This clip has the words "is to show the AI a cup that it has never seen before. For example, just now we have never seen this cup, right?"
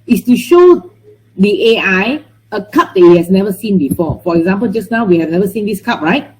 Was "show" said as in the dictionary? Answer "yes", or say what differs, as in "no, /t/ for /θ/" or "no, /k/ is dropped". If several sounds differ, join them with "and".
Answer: yes